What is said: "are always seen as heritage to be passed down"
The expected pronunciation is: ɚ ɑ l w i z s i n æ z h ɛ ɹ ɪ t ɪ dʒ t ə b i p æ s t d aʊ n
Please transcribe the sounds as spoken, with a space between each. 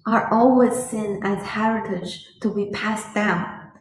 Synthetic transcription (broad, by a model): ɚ ɑ l w i z s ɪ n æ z h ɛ ɹ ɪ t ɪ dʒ t ə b i p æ s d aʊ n